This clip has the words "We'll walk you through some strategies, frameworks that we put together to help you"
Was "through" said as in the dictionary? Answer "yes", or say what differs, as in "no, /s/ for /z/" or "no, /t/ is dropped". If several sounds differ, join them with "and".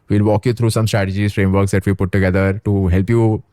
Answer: no, /t/ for /θ/